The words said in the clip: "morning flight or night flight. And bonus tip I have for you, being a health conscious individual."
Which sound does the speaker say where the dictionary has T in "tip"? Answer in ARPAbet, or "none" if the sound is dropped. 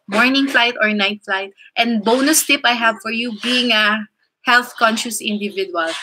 T